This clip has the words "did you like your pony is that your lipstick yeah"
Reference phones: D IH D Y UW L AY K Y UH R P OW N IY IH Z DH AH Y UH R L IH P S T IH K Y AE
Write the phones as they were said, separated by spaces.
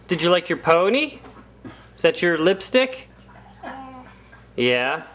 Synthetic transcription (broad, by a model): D IH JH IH L AY K Y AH R P OW N IY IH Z DH AH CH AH R L IH P S T IH K Y AE